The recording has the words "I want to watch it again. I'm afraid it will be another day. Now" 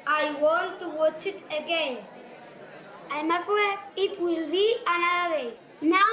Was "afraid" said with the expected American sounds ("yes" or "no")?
no